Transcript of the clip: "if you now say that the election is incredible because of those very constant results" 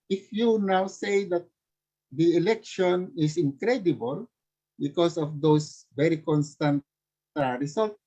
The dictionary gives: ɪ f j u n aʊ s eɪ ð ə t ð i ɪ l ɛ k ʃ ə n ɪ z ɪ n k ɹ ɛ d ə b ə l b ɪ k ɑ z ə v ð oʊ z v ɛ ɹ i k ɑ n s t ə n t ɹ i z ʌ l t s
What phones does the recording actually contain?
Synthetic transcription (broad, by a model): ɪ f j u n aʊ s eɪ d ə t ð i ɪ l ɛ k ʃ ə n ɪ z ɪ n k ɹ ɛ d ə b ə l b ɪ k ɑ s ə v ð oʊ s v ɛ ɹ i k ɑ n s t ə n t ɹ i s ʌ l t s